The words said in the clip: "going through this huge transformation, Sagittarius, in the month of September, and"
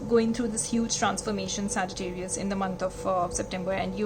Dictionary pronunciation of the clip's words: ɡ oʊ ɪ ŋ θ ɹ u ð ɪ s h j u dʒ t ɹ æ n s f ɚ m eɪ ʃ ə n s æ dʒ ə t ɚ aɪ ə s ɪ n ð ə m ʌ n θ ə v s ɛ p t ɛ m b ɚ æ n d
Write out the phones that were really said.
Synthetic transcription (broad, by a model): ɡ oʊ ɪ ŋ t ɹ u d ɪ s h j u dʒ t ɹ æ n s f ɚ m eɪ ʃ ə n s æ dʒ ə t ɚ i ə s ɪ n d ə m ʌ n t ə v s ɛ p t ɛ m b ɚ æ n d